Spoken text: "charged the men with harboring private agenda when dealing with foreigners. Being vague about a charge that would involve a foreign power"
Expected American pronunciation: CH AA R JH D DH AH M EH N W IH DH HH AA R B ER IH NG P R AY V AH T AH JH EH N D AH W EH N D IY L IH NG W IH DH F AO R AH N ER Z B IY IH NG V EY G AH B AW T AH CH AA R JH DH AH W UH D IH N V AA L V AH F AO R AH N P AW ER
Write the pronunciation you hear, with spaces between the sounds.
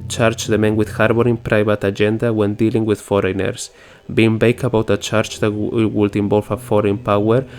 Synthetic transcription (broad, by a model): CH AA R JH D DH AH M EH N W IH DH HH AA R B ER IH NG P R AY V AH T AH JH EH N D AH W EH N D IY L IH NG W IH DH F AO R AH N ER S B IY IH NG B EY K AH B AW T AH CH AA R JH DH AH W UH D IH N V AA L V AH F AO R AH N P AW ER